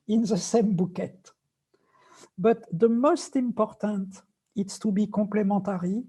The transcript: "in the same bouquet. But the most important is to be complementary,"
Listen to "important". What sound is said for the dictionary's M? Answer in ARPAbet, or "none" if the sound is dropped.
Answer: M